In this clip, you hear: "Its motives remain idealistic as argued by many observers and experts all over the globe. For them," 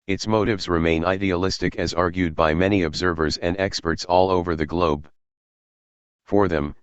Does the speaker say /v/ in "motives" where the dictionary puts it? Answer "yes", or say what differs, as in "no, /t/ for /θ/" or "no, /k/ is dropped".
yes